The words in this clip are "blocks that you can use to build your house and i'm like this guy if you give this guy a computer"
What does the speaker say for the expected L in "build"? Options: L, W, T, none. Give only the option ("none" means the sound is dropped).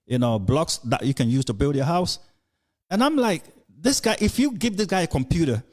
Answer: L